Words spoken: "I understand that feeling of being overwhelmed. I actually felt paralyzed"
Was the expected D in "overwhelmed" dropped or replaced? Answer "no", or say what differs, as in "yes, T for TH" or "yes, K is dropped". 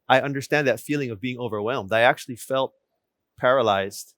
no